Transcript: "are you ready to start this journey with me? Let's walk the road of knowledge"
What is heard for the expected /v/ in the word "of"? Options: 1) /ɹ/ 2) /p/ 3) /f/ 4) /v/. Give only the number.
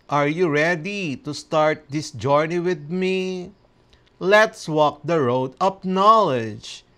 2